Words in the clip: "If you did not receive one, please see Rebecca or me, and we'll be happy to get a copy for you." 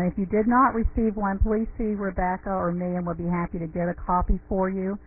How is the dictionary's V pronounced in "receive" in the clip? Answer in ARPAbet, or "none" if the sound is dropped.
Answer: V